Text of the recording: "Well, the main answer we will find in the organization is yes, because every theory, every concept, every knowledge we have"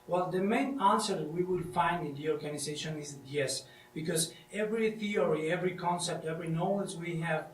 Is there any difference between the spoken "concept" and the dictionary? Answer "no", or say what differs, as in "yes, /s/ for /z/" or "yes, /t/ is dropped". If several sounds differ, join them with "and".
no